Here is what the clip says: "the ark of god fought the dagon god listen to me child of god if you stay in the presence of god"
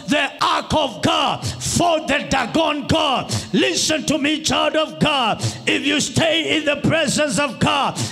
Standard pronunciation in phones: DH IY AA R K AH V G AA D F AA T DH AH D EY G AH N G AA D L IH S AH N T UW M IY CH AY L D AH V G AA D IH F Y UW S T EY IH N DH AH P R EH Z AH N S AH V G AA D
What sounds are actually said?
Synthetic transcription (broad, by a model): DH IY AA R K AH V G AA D F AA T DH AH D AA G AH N G AA D L IH S AH N T UW M IY CH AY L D AH V G AA D IH F Y UW S T EY IH N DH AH P R EH Z AH N S AH V G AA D